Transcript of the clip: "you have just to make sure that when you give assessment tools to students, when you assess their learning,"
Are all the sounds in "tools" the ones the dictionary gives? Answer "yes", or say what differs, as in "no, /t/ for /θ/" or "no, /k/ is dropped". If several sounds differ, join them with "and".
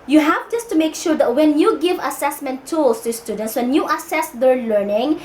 no, /s/ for /z/